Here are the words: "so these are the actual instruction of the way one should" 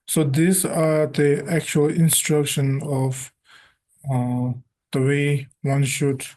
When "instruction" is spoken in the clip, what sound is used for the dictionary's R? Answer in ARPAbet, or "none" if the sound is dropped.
R